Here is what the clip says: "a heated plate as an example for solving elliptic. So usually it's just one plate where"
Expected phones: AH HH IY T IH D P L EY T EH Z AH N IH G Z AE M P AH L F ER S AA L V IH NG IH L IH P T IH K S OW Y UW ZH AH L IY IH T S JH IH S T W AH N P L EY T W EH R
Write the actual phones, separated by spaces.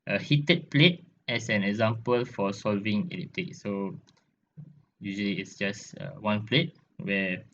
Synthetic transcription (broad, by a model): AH HH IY T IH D P L EY T EH S AH N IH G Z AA M P AH L F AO S AA L V IH NG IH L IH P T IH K S OW Y UW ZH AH L IY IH T S JH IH S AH W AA N P L EY T W EH